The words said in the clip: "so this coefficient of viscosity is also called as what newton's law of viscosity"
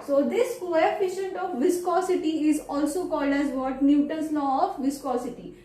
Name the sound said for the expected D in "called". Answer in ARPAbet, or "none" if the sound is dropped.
D